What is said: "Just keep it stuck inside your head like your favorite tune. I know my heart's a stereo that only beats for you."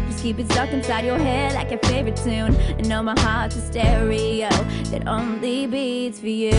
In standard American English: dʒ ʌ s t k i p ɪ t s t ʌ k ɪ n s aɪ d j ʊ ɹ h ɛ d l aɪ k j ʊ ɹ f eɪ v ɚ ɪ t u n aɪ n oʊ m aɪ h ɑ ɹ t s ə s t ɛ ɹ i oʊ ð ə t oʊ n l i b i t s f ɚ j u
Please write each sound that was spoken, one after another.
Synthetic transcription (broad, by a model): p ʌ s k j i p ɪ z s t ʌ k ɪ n s aɪ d j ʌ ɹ h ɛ l aɪ k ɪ f eɪ v ɚ ɪ t u n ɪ n oʊ m aɪ h ɑ ɹ t ə s t ɛ ɹ i oʊ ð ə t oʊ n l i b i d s f ɚ j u